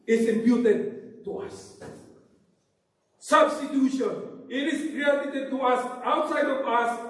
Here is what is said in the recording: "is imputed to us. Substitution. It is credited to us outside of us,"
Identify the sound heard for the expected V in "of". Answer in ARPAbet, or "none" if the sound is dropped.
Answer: P